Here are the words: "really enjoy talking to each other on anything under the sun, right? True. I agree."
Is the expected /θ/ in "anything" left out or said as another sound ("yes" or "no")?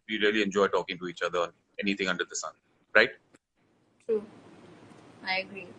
yes